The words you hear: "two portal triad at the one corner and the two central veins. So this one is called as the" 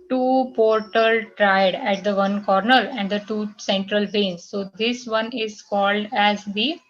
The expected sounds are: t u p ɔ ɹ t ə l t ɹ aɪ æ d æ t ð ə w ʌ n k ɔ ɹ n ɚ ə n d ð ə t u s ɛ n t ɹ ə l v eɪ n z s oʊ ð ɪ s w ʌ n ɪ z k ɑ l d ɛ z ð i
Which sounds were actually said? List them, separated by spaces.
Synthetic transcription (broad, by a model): t u p ɔ ɹ t ə l t ɹ aɪ d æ t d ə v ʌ n k ɔ ɹ n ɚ ə n d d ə t u s ɛ n t ɹ ə l b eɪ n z s oʊ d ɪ s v ʌ n ɪ z k ɑ l d ɛ z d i